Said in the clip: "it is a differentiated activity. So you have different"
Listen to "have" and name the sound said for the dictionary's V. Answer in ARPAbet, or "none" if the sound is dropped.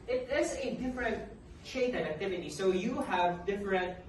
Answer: V